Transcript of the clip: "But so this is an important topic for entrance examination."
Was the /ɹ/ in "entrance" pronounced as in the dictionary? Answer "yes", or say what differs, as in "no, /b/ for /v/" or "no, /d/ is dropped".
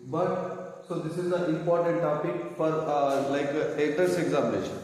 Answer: no, /ɹ/ is dropped